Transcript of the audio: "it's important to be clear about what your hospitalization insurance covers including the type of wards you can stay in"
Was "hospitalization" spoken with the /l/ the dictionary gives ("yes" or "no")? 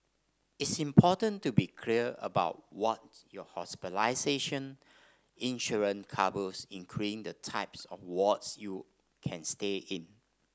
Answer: no